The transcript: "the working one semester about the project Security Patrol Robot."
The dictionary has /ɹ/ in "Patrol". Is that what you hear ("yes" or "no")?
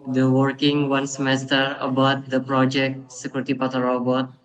no